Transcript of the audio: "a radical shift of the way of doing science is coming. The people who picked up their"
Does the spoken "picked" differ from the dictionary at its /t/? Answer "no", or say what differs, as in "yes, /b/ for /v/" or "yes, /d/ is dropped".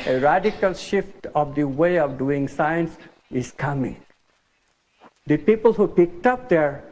no